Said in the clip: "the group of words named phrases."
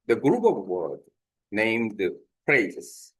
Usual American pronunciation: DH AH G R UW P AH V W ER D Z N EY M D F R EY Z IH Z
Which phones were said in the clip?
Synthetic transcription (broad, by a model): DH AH G R UW P AH V W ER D N EY M D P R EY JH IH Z